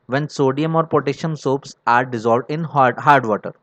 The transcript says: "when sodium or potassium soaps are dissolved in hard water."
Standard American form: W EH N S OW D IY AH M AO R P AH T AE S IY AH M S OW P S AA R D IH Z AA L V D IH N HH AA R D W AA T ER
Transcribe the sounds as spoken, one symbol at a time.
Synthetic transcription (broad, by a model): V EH N S OW D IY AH M AO R P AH T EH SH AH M S OW P S AA R D IH Z AA L V D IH N HH AA R D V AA T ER